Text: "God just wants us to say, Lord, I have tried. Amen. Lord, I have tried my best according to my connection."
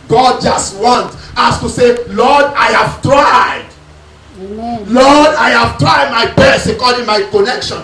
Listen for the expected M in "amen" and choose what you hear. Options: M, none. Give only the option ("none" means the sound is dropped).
none